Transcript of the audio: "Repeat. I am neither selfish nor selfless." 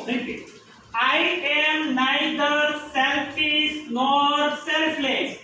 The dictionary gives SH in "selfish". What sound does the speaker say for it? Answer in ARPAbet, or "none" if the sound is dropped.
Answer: S